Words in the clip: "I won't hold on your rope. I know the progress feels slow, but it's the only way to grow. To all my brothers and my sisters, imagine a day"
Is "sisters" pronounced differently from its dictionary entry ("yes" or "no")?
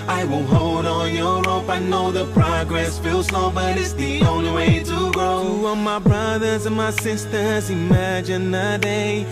no